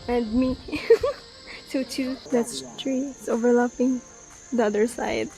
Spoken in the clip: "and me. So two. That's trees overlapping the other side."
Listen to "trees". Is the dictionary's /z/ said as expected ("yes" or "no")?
no